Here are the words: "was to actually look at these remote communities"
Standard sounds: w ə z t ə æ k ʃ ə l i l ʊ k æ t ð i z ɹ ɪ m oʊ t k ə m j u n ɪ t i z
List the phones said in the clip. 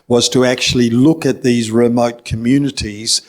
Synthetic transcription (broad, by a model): w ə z t ə æ k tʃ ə l i l ʊ k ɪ t ð i z ɹ ɪ m oʊ t k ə m j u n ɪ t i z